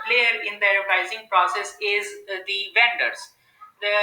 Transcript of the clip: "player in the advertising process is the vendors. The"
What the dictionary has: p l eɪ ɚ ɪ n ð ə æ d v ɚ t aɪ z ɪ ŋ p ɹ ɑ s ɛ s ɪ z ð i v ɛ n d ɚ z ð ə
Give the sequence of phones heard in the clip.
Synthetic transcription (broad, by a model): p l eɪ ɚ ɪ n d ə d ɚ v aɪ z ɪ ŋ p ɹ ɑ s ɛ s ɪ z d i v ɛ n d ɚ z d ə